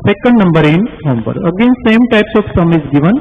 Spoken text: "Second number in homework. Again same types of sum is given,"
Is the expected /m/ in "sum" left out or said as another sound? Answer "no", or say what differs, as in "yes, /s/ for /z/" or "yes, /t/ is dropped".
no